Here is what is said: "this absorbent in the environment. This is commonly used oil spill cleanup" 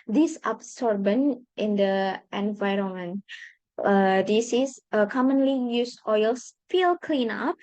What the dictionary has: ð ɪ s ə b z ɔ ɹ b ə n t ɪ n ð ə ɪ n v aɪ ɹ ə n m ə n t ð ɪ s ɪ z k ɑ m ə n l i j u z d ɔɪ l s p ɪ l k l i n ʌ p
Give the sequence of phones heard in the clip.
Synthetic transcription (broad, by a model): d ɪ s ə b s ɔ ɹ b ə n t ɪ n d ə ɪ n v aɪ ɹ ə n m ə n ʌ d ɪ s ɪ s k ɑ m ə n l i j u s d ɔɪ l s f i l k l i n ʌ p